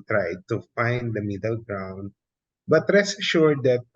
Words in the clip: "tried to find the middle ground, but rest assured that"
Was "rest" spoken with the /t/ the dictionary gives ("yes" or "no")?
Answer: no